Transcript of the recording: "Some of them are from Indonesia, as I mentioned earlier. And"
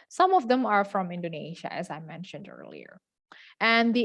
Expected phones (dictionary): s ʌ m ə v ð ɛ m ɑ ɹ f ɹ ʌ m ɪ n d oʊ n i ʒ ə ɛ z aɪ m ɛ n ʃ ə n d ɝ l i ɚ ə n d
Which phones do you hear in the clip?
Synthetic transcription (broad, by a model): s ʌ m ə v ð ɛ m ɑ ɹ f ɹ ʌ m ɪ n d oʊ n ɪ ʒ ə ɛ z aɪ m ɛ n ʃ ə n d ɝ l i ɚ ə n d